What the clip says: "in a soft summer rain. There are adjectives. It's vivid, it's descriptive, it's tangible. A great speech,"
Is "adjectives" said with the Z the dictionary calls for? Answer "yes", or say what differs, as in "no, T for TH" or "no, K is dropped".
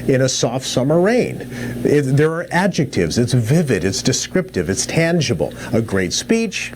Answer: yes